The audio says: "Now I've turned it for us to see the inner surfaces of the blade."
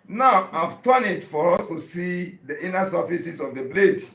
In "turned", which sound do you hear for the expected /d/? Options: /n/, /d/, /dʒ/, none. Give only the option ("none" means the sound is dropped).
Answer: none